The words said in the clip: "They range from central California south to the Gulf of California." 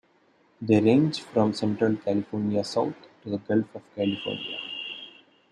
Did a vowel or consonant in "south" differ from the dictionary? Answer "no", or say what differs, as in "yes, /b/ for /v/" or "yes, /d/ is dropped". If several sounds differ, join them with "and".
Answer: yes, /t/ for /θ/